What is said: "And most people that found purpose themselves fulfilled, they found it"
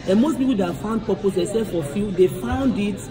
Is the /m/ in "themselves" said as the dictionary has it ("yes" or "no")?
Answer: no